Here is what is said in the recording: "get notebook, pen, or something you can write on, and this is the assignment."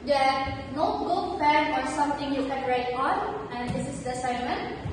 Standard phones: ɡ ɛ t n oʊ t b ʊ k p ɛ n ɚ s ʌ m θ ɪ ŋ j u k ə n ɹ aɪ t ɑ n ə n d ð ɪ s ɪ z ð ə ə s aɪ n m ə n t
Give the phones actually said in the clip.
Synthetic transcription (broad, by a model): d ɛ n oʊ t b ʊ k f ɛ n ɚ s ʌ m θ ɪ ŋ j u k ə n ɹ aɪ t ɑ n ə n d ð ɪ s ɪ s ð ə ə s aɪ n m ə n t